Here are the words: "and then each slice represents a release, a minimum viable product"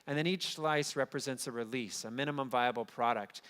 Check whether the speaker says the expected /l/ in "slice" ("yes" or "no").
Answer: yes